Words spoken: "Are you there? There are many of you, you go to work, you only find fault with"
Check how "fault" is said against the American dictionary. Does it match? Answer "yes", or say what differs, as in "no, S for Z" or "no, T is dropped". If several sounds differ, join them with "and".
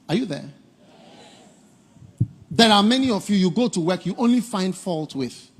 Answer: yes